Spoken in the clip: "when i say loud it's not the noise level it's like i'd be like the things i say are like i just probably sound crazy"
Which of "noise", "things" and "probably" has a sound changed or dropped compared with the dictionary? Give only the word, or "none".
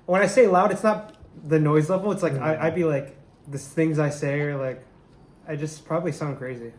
none